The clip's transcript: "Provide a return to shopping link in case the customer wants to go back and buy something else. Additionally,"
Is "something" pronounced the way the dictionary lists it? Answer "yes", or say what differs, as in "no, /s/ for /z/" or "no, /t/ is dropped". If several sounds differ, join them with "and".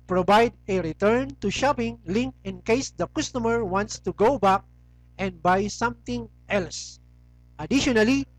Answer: no, /t/ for /θ/